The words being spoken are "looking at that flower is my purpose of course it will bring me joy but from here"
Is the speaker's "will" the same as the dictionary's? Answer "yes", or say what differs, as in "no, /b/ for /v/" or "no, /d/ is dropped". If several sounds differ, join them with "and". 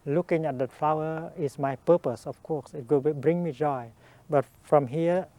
no, /w/ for /l/